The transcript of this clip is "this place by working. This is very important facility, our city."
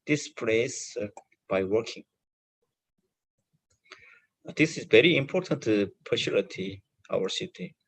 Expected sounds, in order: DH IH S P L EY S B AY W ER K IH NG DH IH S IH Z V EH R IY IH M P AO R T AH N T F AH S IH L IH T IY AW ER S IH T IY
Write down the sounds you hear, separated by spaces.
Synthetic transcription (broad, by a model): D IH S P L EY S B AY W ER K IH NG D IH S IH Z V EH R IY IH M P AO R T AH N T P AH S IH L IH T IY AW ER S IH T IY